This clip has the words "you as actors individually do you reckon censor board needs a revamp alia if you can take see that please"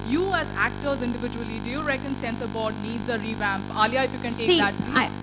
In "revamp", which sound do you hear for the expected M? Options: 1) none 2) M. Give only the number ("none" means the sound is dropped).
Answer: 2